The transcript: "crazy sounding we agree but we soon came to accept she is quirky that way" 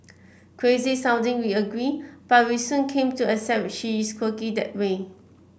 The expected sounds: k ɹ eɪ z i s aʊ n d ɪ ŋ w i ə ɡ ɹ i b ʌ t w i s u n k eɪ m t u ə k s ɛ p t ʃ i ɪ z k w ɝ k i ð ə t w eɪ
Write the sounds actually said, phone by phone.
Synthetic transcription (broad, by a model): k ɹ eɪ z i s aʊ n d ɪ ŋ w i ə ɡ ɹ i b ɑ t w i s u n k eɪ m t u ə s ɛ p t ʃ i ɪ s k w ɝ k i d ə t w eɪ